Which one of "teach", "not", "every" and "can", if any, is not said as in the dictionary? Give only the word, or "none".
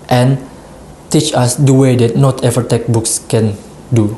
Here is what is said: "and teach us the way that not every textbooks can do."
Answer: every